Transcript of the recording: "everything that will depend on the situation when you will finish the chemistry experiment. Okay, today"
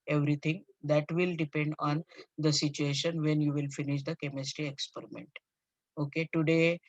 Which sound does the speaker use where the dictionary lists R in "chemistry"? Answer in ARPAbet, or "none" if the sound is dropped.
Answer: R